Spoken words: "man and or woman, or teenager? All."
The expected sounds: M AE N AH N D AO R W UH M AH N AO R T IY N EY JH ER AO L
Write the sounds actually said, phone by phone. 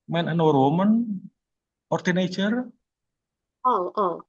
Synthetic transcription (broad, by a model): M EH N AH N AO R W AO M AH N AO R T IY N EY CH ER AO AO